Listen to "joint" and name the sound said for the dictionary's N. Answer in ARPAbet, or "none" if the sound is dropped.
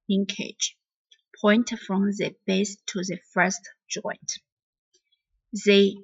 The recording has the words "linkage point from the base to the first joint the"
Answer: N